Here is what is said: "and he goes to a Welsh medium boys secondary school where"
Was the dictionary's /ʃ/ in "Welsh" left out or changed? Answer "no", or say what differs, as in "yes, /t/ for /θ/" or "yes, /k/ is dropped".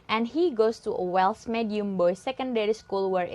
yes, /s/ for /ʃ/